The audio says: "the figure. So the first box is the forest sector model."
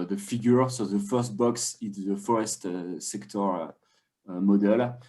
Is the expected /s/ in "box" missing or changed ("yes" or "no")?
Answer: no